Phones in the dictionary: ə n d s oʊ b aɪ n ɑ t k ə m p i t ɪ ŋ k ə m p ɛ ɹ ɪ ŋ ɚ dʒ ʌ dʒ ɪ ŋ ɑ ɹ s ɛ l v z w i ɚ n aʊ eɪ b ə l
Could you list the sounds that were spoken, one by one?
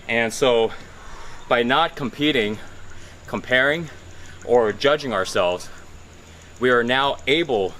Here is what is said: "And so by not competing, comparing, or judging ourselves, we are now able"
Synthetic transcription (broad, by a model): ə n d s oʊ b aɪ n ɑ t k ə m p i t ɪ ŋ k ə m p ɛ ɹ ɪ ŋ ɚ dʒ ʌ dʒ ɪ ŋ ɑ ɹ s ɛ l v z w i ɚ n aʊ eɪ b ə l